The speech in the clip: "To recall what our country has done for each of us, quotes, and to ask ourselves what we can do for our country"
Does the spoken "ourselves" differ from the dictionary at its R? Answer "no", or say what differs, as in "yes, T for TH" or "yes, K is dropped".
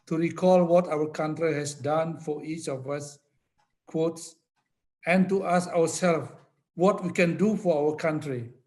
yes, W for R